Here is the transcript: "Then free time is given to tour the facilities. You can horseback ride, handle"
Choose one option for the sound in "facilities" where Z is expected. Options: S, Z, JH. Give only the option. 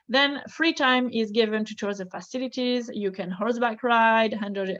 Z